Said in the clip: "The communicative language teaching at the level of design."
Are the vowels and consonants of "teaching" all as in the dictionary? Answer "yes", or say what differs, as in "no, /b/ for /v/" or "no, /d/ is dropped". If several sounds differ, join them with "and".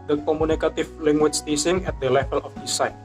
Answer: no, /s/ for /tʃ/